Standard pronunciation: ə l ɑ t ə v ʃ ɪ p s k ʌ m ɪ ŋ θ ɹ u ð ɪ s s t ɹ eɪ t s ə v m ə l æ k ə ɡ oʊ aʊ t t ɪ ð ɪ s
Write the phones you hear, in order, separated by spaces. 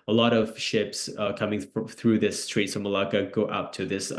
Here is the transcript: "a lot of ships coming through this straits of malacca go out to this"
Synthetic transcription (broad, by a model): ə l ɑ t ə v ʃ ɪ p s k ʌ m ɪ ŋ θ ɹ u ð ɪ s s t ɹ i t s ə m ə l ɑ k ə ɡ oʊ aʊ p t ɪ ð ɪ s